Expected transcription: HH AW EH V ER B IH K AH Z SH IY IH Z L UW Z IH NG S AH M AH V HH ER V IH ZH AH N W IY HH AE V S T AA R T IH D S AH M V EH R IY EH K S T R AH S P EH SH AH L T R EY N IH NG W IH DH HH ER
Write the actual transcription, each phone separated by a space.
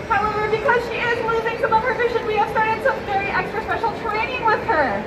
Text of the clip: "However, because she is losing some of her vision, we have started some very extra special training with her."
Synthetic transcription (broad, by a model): HH AW EH V ER B IH K AH Z SH IY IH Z N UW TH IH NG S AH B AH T HH ER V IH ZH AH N W IY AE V S T AA R T IH D S AH M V EH R IY EH K S T R AH S P EH SH L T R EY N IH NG W IH DH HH ER